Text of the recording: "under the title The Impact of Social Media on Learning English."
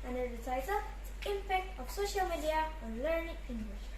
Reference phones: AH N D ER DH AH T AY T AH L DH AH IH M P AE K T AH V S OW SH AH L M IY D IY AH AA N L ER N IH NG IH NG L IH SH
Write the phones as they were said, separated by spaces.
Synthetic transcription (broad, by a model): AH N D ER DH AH T AY T AH L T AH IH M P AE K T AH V S OW SH AH L M IY D IY AH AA N L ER N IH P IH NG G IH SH